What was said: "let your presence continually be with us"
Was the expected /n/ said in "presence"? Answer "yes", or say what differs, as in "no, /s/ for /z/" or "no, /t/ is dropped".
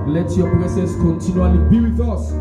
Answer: no, /n/ is dropped